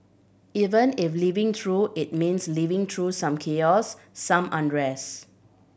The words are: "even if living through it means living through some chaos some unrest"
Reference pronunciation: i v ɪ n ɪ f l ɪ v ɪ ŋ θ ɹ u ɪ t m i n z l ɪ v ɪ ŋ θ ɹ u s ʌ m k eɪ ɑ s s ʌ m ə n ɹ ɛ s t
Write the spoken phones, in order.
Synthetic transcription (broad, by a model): i v ɪ n ɪ f l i v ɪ ŋ t ɹ u ɪ t m i n s l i v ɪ ŋ t ɹ u s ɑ m k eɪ ɑ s s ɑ m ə n ɹ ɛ s